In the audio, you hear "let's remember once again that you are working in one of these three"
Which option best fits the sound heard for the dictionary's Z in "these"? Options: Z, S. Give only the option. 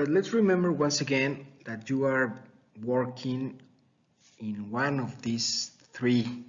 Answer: S